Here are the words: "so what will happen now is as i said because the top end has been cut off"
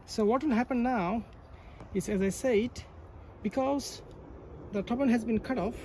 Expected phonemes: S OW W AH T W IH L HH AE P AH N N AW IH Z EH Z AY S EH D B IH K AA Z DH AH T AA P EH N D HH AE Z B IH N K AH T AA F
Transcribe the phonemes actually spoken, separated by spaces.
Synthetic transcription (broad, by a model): S OW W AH T W IH L HH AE P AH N N AW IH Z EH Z AY S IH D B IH K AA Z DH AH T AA B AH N HH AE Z B IH N K AH T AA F